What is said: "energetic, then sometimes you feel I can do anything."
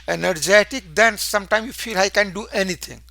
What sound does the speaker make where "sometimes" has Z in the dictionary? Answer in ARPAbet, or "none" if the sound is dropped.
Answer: none